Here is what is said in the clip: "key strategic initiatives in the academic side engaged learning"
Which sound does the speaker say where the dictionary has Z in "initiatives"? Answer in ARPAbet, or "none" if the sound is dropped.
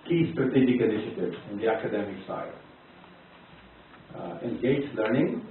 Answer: none